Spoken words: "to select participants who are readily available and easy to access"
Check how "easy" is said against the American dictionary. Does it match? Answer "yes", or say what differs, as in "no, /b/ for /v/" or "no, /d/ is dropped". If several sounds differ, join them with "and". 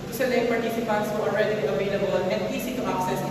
no, /s/ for /z/